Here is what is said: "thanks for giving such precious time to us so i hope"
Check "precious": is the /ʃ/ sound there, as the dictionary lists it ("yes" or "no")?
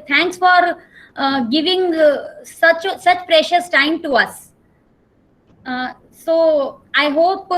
yes